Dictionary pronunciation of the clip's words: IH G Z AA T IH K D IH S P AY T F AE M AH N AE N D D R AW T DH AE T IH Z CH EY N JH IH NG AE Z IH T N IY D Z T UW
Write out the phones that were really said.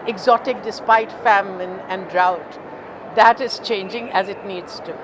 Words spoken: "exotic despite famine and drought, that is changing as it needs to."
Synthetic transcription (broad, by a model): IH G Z AA T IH K D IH S P AY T F AE M AH N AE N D D R AW T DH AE T IH Z CH EY N JH IH NG AE Z IH T N IY D Z T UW